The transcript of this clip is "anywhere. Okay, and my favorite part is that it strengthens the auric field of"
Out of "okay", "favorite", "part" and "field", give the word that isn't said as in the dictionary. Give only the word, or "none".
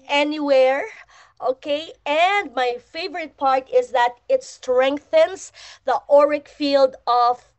none